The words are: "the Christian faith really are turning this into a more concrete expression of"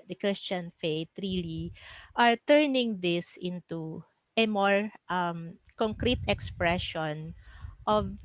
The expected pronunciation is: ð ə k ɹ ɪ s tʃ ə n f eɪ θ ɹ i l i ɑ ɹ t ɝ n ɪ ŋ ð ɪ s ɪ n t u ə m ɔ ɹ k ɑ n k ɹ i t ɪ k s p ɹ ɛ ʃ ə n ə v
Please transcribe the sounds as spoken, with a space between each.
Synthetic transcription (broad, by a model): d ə k ɹ ɪ s tʃ ə n f eɪ t ɹ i l i ɑ ɹ t ɝ n ɪ ŋ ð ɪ s ɪ n t u ə m ɔ ɹ k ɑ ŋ k ɹ i t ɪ k s p ɹ ɛ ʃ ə n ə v